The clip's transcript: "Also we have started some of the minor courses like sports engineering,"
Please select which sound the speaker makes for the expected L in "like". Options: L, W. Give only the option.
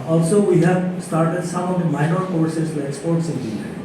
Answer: W